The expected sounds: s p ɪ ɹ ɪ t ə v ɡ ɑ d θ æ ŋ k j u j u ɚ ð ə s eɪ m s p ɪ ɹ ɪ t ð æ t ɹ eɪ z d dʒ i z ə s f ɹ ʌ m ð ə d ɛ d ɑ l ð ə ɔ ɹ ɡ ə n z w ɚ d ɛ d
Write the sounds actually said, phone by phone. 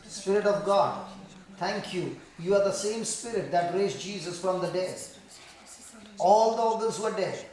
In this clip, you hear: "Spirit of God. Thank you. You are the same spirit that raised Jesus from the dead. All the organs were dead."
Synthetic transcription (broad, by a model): s p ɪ ɹ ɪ t ə v ɡ ɑ d t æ ŋ k j u j u ɚ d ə s eɪ m s p ɪ ɹ ɪ t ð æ t ɹ eɪ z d dʒ i z ə s f ɹ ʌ m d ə d ɛ d ɑ l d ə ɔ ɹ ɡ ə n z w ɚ d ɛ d